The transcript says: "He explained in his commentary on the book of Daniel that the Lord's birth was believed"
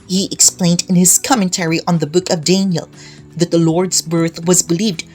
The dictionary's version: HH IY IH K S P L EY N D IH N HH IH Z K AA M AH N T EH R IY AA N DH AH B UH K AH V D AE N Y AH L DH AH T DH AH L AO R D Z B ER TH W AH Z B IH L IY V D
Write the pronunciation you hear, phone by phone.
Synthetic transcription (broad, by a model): HH IY IH K S P L EY N D IH N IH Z K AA M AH N T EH R IY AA N DH AH B UH K AH V D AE N Y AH L DH AH T DH AH L AO R D Z B ER TH W AH Z B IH L IY V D